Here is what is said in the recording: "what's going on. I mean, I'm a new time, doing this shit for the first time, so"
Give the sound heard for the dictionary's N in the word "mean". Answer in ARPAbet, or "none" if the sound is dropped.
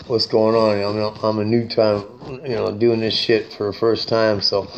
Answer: none